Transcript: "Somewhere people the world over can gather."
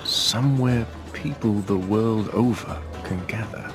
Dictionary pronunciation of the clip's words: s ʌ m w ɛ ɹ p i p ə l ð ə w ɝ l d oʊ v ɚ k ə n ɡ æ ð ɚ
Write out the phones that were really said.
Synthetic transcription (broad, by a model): s ʌ m w ɛ ɹ p i p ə l ð ə w ɝ l d oʊ v ɚ k ə n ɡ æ ð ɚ